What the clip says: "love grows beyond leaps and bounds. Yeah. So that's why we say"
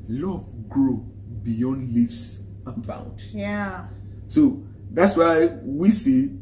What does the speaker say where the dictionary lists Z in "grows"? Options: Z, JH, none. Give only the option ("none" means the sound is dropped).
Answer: none